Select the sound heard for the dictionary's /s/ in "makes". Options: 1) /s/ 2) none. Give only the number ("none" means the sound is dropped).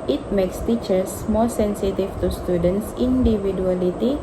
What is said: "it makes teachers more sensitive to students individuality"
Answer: 1